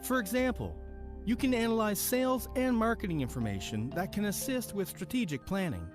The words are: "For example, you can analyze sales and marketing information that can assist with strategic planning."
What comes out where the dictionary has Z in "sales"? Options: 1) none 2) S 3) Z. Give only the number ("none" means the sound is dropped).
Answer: 3